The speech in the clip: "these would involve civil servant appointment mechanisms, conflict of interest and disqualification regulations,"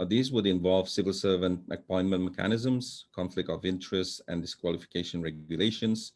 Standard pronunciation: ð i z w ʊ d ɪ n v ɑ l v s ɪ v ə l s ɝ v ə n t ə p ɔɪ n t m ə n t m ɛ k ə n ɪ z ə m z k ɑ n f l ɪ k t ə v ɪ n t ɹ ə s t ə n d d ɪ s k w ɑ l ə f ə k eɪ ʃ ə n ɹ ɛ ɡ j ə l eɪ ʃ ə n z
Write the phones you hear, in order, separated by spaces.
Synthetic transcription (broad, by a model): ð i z w ʊ d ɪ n v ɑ l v s ɪ v ə l s ɝ v ə n t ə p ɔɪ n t m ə n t m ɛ k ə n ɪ z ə m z k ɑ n f l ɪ k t ə v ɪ n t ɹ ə s t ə n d d ɪ s k w ɑ l ə f ə k eɪ ʃ ə n ɹ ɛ ɡ j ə l eɪ ʃ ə n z